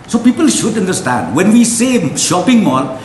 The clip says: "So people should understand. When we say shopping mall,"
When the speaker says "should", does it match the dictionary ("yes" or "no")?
yes